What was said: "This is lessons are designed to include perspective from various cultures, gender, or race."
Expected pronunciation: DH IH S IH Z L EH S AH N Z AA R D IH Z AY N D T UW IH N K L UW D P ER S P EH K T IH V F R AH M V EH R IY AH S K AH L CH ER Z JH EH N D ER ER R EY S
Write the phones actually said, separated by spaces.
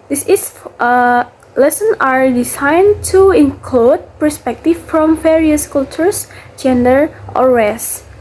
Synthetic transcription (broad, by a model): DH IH S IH S L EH S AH N AA R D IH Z AY N T UW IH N K L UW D P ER S P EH K T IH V F R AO M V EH R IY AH S K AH L CH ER S JH EH N D ER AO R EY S